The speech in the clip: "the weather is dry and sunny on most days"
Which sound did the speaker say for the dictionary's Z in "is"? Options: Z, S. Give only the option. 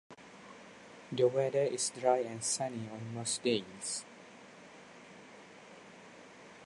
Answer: S